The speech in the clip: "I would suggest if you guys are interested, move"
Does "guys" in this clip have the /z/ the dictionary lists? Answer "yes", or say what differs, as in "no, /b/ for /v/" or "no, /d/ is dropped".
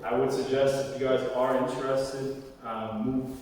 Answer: yes